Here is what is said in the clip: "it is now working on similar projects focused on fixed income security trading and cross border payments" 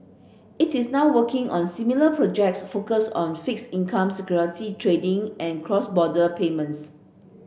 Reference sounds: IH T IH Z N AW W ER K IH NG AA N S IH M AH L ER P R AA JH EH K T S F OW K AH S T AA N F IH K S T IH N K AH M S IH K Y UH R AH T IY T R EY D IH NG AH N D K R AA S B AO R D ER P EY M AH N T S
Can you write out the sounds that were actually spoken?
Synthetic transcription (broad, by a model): IH T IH S N AW W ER K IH NG AA N S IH M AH L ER P R AA JH EH K T S F OW K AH S AA N F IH K S IH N K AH M S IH K Y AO R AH T IY T R EY D IH NG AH N K R AA S B AO D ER P EY M AH N T S